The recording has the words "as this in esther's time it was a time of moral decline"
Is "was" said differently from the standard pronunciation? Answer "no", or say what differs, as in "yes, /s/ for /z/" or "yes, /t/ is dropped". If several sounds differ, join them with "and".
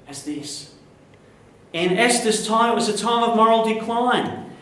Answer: no